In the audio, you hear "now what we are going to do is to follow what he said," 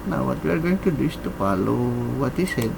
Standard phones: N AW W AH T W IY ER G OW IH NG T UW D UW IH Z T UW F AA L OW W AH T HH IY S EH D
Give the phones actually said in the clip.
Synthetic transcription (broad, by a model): N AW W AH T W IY ER G OW IH NG T UW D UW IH S T UW P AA L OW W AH T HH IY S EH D